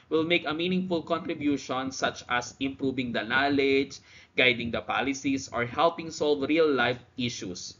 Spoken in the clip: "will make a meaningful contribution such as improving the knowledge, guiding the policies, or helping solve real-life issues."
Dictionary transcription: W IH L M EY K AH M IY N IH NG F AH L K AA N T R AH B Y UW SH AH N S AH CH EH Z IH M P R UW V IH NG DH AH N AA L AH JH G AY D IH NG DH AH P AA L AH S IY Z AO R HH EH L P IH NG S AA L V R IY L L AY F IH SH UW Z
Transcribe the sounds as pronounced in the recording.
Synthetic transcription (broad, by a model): W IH L M EY K AH M IY N IH NG F AH L K AA N T R AH B Y UW SH AH N S AH CH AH S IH M P R UW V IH NG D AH N AA L AH JH G AY D IH NG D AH P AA L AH S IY S AO R HH EH L P IH NG S AA L V R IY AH L AY F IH SH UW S